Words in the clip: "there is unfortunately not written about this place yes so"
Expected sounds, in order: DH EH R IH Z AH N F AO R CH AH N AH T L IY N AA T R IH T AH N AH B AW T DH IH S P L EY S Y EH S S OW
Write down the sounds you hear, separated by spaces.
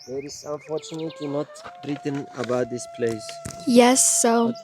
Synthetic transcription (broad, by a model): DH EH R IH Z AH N F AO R CH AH N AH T IY N AA T R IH T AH N AH B AW T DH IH S P L EY S Y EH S S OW